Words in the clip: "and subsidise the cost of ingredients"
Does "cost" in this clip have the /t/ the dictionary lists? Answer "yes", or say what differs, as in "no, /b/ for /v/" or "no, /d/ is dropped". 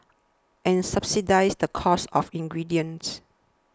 no, /t/ is dropped